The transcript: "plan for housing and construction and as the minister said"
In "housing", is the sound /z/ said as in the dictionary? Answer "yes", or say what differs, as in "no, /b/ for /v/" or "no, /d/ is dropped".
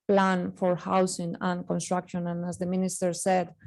no, /s/ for /z/